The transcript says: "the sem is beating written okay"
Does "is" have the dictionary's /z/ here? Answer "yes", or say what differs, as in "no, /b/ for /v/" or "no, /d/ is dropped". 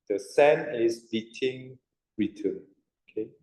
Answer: no, /s/ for /z/